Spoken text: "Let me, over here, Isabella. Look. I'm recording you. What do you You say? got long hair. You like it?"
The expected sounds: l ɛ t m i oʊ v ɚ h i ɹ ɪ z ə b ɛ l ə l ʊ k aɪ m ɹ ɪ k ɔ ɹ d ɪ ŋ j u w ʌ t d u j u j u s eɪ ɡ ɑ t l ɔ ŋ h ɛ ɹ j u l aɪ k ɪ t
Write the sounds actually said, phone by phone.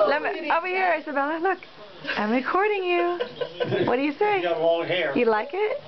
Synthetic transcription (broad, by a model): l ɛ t m i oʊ b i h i ɹ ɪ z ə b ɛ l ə l ʊ k aɪ m ɹ ɪ k ɔ ɹ d ɪ ŋ j u w ʌ t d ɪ j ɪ s eɪ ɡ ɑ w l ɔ h ɛ ɹ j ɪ l aɪ k ɪ t